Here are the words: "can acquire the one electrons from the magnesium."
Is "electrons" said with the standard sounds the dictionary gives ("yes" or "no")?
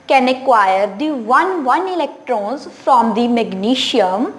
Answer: yes